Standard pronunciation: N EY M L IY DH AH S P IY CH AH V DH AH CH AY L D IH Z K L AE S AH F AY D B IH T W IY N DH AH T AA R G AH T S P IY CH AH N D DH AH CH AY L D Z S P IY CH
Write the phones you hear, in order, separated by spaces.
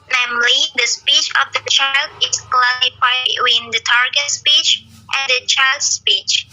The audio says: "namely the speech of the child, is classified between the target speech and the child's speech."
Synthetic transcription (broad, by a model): N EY M L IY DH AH S P IY CH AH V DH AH CH AY L D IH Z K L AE AH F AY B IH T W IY N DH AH T AA R G AH T S P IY CH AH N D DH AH CH AY L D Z S P IY CH